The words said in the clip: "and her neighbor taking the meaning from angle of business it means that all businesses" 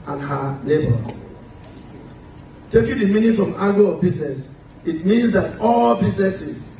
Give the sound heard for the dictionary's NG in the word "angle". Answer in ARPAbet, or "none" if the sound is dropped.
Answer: none